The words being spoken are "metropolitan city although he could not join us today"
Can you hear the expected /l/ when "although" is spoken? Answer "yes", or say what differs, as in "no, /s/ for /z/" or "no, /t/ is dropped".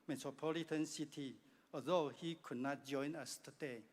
no, /l/ is dropped